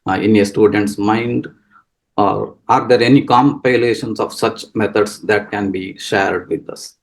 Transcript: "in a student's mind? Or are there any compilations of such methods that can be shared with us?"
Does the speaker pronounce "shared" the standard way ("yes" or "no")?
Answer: yes